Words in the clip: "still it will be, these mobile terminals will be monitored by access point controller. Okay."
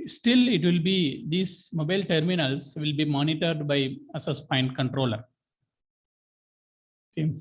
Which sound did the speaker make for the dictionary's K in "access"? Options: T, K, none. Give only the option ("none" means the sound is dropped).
none